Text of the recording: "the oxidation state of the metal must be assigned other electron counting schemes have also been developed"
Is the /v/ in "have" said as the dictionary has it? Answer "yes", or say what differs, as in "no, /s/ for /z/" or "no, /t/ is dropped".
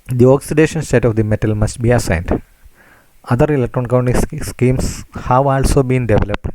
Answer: yes